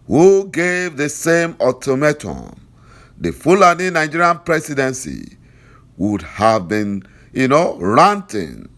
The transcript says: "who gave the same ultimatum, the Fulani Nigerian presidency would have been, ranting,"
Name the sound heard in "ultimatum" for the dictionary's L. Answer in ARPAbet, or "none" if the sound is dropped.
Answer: none